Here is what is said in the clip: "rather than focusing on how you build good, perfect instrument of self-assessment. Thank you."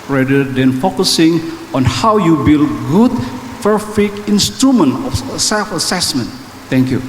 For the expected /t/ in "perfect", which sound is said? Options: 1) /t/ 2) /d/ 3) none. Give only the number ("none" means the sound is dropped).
3